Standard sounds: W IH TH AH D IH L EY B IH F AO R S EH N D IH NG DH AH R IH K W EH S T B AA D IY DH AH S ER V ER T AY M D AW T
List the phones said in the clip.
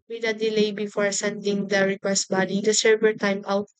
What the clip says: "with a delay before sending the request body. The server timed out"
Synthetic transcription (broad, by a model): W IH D AH D IH L EY B IH F AO R S EH N D IH NG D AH R IH K W EH S T B AA D IY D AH S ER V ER T AY M AW T